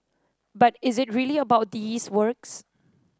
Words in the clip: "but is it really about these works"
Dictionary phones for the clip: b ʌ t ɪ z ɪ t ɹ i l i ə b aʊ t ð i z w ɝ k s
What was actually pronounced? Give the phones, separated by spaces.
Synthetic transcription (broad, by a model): b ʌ t ɪ z ɪ t ɹ i l i ə b aʊ t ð i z w ɝ k s